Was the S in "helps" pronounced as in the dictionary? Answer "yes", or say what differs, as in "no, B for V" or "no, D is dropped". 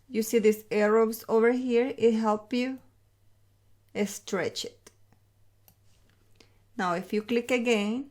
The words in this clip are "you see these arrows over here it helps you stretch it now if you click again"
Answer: no, S is dropped